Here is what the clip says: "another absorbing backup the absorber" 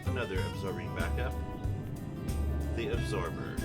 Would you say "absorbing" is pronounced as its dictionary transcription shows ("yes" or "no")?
yes